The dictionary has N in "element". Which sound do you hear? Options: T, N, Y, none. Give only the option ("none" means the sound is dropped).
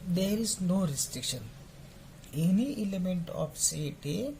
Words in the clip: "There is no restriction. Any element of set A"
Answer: N